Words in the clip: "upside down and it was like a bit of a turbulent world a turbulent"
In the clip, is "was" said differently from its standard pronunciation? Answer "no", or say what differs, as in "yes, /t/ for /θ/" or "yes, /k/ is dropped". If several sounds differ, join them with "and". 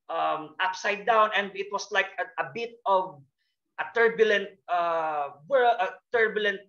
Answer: yes, /s/ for /z/